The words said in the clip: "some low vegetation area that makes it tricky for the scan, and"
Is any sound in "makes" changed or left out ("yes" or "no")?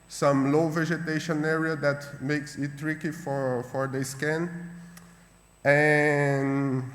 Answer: no